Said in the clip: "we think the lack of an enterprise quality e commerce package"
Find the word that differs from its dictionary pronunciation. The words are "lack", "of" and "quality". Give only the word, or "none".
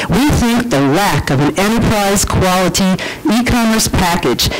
none